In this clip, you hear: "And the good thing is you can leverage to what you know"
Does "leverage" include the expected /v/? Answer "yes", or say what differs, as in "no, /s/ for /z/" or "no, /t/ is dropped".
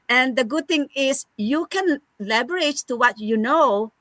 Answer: no, /b/ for /v/